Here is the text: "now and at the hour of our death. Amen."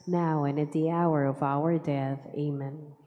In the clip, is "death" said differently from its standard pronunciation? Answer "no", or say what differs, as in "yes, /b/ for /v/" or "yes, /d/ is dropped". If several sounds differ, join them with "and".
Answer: no